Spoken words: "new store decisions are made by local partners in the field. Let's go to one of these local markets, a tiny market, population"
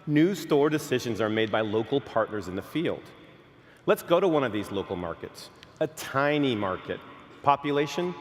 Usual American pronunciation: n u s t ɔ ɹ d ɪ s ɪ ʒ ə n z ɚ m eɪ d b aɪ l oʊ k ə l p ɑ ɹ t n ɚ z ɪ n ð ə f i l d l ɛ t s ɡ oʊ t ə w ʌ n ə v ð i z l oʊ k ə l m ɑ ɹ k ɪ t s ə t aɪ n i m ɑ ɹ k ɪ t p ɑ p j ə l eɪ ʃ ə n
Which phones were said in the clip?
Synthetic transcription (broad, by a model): n u s t ɔ ɹ d ɪ s ɪ ʒ ə n z ɚ m eɪ d b aɪ l oʊ k l p ɑ ɹ t n ɚ z ɪ n ð ə f i l d l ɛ t s ɡ oʊ t ə w ʌ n ə v ð i z l oʊ k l m ɑ ɹ k ɪ t s ə t aɪ n i m ɑ ɹ k ɪ t p ɑ p j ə l eɪ ʃ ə n